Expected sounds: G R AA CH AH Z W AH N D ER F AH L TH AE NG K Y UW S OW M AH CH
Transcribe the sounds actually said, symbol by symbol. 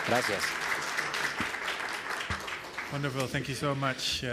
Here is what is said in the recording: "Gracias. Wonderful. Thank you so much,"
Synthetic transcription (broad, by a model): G R AA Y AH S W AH N D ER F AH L TH AE NG K Y UW S OW M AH CH